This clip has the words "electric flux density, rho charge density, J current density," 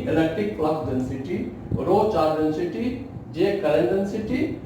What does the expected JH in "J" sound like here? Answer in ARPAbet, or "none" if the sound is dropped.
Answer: JH